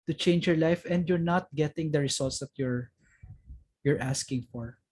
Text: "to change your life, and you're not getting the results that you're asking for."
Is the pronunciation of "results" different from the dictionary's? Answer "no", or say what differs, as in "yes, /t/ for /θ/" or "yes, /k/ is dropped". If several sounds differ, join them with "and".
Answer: yes, /s/ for /z/